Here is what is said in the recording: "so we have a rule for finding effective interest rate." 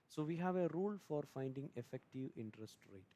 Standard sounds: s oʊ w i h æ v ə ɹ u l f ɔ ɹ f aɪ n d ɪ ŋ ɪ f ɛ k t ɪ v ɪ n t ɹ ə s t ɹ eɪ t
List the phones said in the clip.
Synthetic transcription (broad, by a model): s oʊ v i h æ v ə ɹ u l f ɔ ɹ f aɪ n d ɪ ŋ ɪ f ɛ k t ɪ v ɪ n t ɹ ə s t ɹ eɪ t